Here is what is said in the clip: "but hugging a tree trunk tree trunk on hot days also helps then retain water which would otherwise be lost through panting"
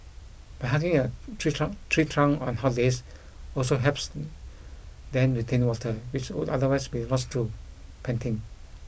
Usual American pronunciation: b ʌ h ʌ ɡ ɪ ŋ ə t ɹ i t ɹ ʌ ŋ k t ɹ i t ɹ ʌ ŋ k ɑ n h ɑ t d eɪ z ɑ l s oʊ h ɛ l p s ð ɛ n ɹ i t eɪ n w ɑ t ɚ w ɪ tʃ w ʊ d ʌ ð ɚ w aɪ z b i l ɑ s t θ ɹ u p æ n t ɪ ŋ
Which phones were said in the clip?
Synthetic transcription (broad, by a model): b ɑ h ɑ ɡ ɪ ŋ ə t ɹ i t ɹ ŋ t ɹ i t ɹ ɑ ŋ ɑ n h ɑ t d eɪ s ɑ l s oʊ h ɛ p s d ɛ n ɹ i t eɪ n w ɑ t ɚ w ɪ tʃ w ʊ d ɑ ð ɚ w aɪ s b i l ɑ s t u p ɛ n t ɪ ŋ